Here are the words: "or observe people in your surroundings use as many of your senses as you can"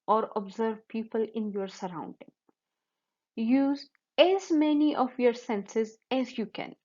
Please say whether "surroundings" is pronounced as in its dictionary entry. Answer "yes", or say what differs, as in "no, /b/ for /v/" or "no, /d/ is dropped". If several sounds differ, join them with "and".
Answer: no, /z/ is dropped